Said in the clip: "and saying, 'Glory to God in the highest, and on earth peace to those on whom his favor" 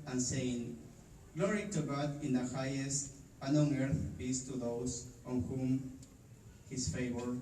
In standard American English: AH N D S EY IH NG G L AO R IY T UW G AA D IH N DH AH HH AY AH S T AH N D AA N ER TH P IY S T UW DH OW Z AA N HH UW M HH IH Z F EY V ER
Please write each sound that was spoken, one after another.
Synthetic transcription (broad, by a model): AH N S EY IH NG G L AO R IY T UW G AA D IH N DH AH HH AY AH S T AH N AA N ER TH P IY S T UW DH OW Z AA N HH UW M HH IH S F EY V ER